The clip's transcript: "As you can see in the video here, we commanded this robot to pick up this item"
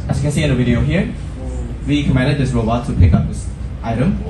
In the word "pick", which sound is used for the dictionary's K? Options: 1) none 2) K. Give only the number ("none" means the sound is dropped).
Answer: 2